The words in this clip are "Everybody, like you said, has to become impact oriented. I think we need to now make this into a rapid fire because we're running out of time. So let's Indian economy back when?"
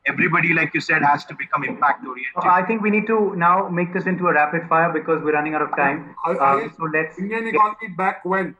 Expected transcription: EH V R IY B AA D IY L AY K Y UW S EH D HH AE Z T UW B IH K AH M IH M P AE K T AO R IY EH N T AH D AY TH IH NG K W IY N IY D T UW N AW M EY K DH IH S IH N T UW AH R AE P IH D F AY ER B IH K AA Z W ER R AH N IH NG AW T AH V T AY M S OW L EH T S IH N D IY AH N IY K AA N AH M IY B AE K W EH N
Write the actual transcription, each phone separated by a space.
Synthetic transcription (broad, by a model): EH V R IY B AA D IY L AY K Y UW S EH D HH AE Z T UW B IH K AH M IH M P AE K T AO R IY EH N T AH IH T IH NG K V IY N IY D T UW N AW M EY K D IH S IH N T UW AH R AE P IH D F AY ER B IH K AA Z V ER R AH N IH NG AW T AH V T AY M S OW L EH T S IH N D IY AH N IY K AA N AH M IY B AE K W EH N